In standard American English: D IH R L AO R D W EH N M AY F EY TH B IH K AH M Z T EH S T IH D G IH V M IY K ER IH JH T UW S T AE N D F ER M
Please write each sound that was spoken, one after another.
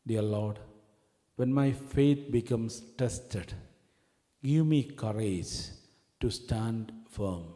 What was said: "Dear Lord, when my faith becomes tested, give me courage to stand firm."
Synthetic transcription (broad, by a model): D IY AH L AO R D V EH N M AY F EY T B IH K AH M S T EH S T IH D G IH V M IY K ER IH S T UW S T AE N D F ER M